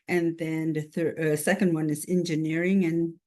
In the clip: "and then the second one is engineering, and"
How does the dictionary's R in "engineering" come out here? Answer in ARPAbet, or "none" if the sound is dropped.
R